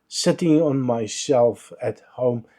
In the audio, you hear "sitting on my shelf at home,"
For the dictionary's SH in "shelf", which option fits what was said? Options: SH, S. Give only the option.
S